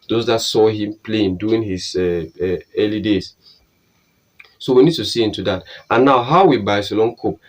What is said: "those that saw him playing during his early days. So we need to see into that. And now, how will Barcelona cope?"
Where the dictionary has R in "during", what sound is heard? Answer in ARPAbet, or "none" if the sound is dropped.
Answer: none